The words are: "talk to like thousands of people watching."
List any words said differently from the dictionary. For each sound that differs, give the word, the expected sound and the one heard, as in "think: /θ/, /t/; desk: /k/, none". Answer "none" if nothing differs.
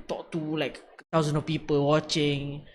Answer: thousands: /θ/, /t/; thousands: /z/, none; of: /v/, /f/